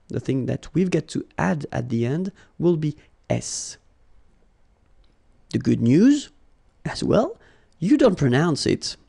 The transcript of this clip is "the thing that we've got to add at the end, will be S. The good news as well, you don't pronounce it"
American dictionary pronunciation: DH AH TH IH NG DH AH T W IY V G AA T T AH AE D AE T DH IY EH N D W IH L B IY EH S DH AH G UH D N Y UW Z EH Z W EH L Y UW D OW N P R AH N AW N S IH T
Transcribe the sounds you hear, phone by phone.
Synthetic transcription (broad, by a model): DH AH TH IH NG DH AH T W IY V G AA T T AE D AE T DH IY EH N D W IH L B IY EH S DH AH G UH D N Y UW Z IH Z W EH L Y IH D OW N P R AH N AW N S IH T